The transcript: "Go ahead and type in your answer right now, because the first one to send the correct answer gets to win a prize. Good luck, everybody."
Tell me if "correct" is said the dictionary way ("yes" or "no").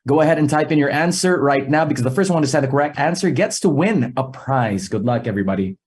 yes